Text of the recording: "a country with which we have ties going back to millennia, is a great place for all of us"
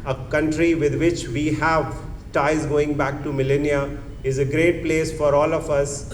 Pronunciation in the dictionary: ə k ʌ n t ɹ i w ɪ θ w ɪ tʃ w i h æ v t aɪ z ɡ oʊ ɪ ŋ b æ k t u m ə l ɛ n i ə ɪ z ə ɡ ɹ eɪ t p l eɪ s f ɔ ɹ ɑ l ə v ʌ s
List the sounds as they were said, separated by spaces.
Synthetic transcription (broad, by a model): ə k ʌ n t ɹ i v ɪ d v ɪ tʃ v i h æ v t aɪ z ɡ oʊ ɪ ŋ b æ k t u m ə l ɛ n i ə ɪ z ə ɡ ɹ eɪ t p l eɪ s f ɔ ɹ ɑ l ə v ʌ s